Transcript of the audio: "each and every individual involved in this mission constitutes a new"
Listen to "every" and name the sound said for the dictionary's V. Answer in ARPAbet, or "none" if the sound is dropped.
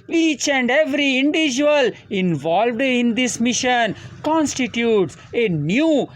V